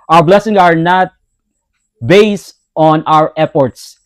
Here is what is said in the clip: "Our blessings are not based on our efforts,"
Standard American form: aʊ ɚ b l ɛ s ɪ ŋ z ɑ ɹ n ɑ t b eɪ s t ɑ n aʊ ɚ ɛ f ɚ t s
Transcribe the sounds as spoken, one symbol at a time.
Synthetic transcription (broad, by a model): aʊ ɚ b l ɛ s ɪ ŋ s ɑ ɹ n ɑ t b eɪ s t ɑ n aʊ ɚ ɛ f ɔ t s